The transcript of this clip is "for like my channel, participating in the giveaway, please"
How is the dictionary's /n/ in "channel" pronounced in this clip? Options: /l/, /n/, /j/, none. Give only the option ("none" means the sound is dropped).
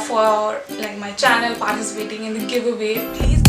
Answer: /n/